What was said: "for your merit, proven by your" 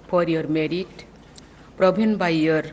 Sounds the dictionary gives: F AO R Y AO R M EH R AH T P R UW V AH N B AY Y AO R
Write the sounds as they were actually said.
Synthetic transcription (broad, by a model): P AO R Y AO R M EH R AH T P R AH B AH N B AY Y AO R